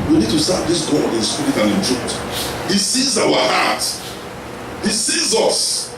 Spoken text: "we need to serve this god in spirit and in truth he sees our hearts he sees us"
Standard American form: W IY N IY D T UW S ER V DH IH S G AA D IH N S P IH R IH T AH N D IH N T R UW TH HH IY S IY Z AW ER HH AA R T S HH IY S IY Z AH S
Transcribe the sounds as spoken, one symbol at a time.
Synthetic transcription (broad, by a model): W IY N IY D T UW S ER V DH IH S G AA D IH N S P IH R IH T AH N IH N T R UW T HH IY S IY Z AW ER HH AA T HH IY S IY Z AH S